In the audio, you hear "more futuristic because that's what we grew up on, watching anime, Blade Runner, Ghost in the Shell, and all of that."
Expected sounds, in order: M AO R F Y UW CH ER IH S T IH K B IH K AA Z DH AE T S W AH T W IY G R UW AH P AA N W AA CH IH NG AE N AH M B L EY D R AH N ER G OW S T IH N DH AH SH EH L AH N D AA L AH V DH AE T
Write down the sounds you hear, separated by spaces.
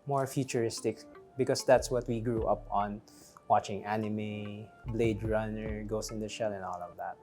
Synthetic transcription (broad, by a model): M AO R F Y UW CH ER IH S T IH K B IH K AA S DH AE T S W AH T W IY G R UW AH P AA N W AA CH IH NG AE N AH M B L EY D R AH N ER G OW S IH N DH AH SH EH L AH N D AA L AH V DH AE T